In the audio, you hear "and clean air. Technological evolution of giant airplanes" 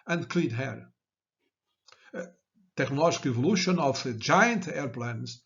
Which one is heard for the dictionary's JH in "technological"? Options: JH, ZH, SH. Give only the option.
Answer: ZH